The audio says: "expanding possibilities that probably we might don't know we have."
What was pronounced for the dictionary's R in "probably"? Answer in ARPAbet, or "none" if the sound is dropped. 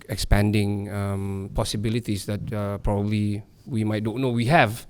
R